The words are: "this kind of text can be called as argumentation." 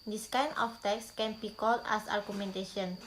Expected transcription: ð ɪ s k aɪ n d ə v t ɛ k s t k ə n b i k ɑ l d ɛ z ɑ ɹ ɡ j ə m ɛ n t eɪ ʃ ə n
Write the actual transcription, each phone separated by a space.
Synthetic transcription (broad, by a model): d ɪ s k aɪ n ə f t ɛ k s k ə n b i k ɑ l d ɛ s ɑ ɹ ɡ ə m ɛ n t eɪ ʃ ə n